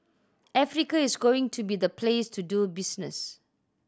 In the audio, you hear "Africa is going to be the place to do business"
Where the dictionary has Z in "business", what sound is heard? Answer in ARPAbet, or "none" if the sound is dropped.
S